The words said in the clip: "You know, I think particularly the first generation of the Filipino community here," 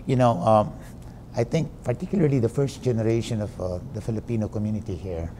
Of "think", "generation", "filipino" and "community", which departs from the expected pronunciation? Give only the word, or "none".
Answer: think